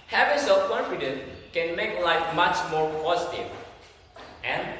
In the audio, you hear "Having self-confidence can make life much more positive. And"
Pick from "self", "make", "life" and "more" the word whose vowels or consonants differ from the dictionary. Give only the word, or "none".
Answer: self